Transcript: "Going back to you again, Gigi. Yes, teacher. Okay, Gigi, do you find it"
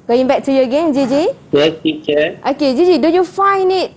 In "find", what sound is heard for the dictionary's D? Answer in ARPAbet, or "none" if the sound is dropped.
none